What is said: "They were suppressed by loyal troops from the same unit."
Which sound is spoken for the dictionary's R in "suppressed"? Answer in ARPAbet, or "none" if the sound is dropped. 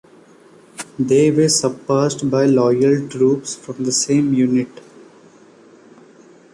none